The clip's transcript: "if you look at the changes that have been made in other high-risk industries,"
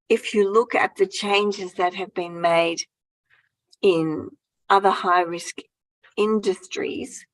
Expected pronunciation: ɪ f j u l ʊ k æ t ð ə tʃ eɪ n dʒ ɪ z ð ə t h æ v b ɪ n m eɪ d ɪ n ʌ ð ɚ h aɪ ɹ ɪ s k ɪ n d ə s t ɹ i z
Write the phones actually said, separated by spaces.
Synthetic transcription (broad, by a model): ɪ f j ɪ l ʊ k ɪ t ð ə tʃ eɪ n dʒ ɪ z ð ə t h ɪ v b ɪ n m eɪ d ɪ n ʌ ð ɚ h aɪ ɹ ɪ s k ɪ n d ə s t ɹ i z